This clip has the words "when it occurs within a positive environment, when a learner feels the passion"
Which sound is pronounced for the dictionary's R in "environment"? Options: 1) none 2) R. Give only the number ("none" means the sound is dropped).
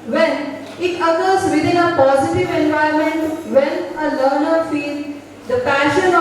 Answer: 1